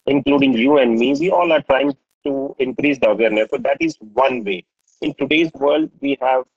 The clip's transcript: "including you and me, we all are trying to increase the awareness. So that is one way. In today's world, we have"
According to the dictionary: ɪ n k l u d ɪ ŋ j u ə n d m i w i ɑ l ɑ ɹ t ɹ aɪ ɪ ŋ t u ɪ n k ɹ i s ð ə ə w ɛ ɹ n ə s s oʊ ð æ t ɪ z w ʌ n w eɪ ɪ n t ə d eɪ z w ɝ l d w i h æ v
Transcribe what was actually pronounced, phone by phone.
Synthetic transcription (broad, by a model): ɪ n k l u d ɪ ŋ j u ə n d m i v i ɑ l ɑ ɹ t ɹ aɪ ɪ ŋ t u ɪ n k ɹ i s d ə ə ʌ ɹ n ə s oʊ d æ t ɪ z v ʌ n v eɪ ɪ n t ə d eɪ z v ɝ l d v i h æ v